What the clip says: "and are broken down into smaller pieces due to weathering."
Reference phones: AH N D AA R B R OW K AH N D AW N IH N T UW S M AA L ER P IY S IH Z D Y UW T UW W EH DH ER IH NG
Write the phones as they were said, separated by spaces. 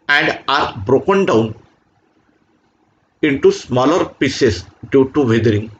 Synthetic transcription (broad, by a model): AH N D AA R B R OW K AH N D AW N IH N T UW S M AA L ER P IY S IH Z D Y UW T UW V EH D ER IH NG